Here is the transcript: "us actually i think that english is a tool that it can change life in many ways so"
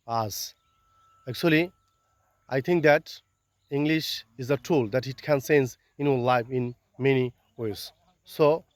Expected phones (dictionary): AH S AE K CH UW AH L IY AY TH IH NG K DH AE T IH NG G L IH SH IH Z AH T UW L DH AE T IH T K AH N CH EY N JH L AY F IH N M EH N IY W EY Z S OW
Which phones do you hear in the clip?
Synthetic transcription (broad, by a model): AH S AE K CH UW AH L IY AY T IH NG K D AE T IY NG G L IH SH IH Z AH T UW L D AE T IH T K AH N S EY N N L AY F IH N M EH N IY W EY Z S OW